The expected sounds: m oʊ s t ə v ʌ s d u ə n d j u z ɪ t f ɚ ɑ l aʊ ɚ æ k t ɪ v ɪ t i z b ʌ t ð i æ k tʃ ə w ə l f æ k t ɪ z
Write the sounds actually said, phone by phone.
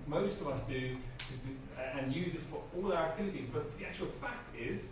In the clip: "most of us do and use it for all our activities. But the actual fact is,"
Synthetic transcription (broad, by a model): m oʊ s t ə v ʌ s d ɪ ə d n j u z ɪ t f ɚ ɑ l aʊ ɚ æ k t ɪ v ɪ t i z b ʌ t ð i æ k tʃ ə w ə l f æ k t ɪ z